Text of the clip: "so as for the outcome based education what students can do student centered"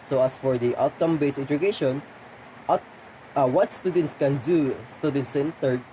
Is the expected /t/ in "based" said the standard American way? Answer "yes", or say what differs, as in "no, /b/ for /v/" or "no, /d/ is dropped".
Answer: no, /t/ is dropped